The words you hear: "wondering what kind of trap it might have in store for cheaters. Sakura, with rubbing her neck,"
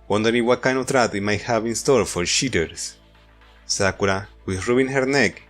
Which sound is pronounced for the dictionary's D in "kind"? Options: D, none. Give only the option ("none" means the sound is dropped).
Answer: none